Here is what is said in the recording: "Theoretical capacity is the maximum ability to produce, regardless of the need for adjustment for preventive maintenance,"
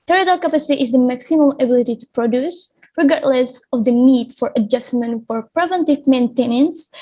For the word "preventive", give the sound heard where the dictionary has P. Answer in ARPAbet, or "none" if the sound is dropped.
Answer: P